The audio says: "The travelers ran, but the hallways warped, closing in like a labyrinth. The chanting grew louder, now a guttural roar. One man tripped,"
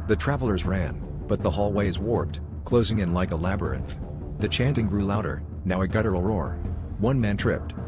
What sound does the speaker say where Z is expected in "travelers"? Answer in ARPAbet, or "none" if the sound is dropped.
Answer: Z